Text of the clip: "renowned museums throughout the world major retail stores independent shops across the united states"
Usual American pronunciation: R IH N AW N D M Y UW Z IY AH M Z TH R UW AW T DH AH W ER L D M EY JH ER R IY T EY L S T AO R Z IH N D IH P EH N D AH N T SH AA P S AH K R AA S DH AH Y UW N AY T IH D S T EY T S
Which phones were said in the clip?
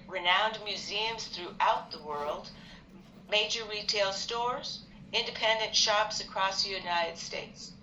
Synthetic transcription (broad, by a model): R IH N AW N D M Y UW Z IY AH M Z TH R UW AW T DH AH W ER L D M EY JH ER R IY T EY L S T AO R Z IH N D IH P EH N D AH N T SH AA P S AH K R AA S DH AH Y UW N AY T IH D S T EY T S